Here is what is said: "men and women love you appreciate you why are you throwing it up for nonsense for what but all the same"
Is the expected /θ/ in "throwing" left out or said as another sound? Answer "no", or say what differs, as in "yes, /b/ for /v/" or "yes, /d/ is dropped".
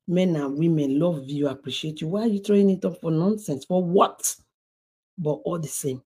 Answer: yes, /t/ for /θ/